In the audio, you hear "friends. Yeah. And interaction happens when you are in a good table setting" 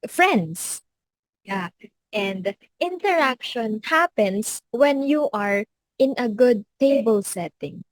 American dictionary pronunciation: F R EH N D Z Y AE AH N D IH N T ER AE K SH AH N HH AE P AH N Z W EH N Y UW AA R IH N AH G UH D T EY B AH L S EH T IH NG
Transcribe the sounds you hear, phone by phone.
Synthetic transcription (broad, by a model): F R EH N D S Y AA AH N D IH N T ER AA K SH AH N HH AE P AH N S W EH N Y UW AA R IH N AH G UH D T EY B AH L S EH T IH NG